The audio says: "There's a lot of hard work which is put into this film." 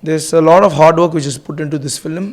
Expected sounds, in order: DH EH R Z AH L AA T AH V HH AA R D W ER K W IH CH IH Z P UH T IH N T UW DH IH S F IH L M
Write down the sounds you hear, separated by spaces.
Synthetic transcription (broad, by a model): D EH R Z AH L AA T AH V HH AA R D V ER K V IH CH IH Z P UH T IH N T UW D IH S F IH L M